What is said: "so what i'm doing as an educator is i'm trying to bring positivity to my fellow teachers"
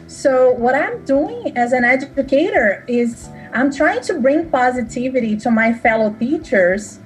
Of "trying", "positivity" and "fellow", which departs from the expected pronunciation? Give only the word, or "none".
none